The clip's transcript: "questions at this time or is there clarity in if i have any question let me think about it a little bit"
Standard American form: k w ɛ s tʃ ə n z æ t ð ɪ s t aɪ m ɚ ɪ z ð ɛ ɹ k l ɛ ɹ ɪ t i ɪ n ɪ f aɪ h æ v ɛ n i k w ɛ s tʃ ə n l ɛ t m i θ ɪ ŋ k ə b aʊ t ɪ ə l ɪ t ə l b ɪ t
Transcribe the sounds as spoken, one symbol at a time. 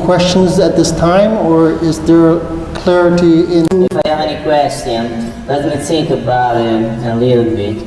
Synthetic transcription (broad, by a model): k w ɛ s tʃ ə n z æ t ð ɪ s t aɪ m ɚ ɪ z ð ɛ ɹ k l ɛ ɹ ɪ t i ɪ n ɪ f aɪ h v ɛ n i k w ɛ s tʃ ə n l ɛ t m i s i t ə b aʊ ɪ ə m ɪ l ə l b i